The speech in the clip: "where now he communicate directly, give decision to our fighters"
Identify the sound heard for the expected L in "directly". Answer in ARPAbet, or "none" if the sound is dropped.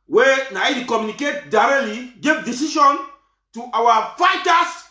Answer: L